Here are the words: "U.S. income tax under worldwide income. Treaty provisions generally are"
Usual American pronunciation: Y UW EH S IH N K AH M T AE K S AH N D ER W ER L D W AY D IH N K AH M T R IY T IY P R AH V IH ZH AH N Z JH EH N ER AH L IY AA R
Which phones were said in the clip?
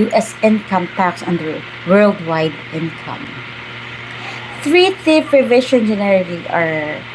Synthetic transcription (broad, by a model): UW EH S IH N K AH M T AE K S AH N D ER W ER L D W AY D IH N K AH M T R IY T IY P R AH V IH SH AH N JH EH N ER AH L IY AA R